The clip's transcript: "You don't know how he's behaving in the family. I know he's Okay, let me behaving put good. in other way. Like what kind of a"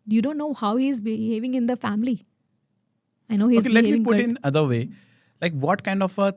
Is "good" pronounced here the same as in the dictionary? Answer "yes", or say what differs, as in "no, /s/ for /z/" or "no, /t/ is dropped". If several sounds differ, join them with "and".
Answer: no, /d/ is dropped